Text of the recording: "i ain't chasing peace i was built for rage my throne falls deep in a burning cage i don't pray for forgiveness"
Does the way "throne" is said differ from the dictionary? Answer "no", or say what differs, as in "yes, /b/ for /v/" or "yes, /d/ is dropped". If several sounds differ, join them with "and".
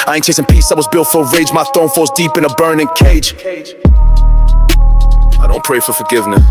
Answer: yes, /ɹ/ is dropped